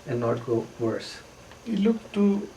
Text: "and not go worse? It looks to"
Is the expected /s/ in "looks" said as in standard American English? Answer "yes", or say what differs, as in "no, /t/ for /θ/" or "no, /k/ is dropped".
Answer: no, /s/ is dropped